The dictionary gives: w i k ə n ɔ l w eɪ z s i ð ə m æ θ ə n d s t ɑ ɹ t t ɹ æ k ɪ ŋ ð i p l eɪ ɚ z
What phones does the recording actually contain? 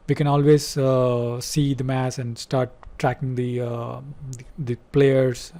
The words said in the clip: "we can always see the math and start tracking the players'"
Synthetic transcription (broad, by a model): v i k ə n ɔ l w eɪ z s i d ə m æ s ə n d s t ɑ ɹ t t ɹ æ k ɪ ŋ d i p l eɪ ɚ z